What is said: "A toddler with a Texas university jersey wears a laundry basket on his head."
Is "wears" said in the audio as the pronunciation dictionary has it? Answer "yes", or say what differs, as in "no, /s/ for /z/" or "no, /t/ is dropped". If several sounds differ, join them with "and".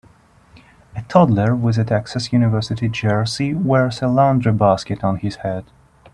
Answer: no, /s/ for /z/